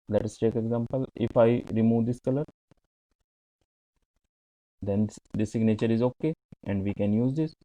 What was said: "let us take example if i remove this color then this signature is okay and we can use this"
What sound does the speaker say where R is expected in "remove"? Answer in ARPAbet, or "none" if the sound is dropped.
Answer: R